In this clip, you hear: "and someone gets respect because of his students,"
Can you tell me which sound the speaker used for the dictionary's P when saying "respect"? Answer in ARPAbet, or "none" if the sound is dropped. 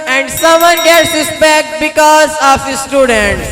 B